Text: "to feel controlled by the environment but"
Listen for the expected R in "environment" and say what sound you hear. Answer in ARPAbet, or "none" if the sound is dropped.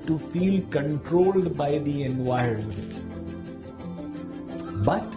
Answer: none